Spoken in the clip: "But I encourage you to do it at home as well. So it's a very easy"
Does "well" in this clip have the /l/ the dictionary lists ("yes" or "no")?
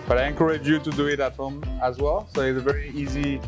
yes